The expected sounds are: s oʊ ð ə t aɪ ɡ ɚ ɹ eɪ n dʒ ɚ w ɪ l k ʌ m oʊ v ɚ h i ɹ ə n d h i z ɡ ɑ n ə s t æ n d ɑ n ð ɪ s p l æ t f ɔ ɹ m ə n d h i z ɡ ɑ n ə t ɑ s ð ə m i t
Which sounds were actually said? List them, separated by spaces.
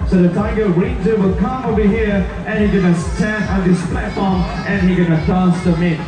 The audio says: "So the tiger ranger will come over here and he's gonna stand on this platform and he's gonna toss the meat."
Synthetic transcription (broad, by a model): s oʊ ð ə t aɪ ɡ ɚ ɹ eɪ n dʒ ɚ w ɪ l k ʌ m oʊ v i h i ɹ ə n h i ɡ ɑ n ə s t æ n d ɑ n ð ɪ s p l æ t f ɔ ɹ m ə n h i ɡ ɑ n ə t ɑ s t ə m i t